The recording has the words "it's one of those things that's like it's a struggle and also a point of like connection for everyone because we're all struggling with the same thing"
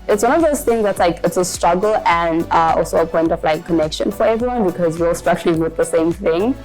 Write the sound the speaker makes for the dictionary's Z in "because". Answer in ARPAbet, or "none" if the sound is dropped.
Z